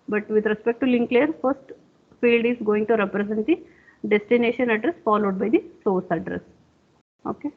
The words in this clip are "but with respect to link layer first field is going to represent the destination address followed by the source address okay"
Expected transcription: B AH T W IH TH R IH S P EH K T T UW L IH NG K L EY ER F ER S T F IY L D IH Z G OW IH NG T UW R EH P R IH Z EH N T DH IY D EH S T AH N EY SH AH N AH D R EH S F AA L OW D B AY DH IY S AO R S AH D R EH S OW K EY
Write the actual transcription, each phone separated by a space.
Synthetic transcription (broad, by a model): B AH T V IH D R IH S P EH K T T UW L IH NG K L EY ER F ER S T F IY L D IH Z G OW IH NG T UW R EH P R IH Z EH N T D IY D EH S T AH N EY SH AH N AH D R EH S F AA L OW D B AY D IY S AO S AH D R EH S OW K EY